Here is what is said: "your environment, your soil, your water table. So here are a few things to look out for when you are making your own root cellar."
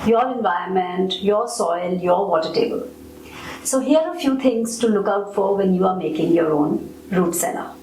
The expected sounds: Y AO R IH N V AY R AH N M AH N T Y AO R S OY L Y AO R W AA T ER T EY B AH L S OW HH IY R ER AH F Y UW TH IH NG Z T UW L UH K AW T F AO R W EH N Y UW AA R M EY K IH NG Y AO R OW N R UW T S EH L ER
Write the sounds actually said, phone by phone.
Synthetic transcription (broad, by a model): Y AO R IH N V AY AH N M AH N T Y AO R S OY L Y AO R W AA T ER T EY B AH L S OW HH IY ER AH F Y UW T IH NG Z T UW L UH K AW T F AO R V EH N Y UW AA R M EY K IH NG Y AO R OW N R UW T S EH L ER